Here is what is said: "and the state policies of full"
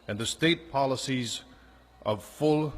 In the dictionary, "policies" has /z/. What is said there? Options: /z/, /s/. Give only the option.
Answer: /z/